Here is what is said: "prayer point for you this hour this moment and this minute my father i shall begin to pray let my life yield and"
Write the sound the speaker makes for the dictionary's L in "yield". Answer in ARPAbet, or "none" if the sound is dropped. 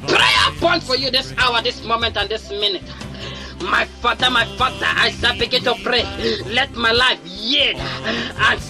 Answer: none